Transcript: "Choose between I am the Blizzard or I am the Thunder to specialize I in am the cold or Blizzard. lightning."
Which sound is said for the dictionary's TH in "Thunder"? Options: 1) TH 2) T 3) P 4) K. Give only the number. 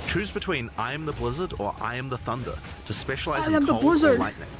1